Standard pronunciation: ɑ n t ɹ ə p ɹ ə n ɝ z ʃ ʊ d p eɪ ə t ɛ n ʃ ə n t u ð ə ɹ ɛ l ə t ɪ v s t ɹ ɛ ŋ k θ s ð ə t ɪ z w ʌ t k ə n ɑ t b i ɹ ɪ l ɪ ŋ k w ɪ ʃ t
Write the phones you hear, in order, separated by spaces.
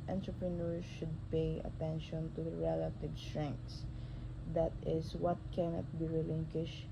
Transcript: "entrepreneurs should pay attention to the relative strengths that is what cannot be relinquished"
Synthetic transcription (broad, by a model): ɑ n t ɹ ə p ɹ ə n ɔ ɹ ʃ ʊ d p eɪ ə t ɛ n ʃ ə n t u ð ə ɹ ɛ l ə t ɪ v s t ɹ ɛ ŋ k t s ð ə t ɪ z w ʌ t k ə n ɑ t b i ɹ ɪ l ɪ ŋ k w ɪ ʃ